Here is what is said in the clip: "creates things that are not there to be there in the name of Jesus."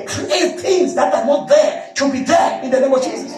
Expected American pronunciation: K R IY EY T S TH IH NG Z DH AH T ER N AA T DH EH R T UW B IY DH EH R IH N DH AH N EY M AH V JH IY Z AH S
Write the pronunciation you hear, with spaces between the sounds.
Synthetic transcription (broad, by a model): K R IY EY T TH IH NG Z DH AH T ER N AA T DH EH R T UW B IY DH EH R IH N DH AH N EY M AH V JH IY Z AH S